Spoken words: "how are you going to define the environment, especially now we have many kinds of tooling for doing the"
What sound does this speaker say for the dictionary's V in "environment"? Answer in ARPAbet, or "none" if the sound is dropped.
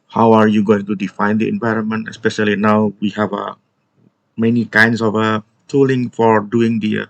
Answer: V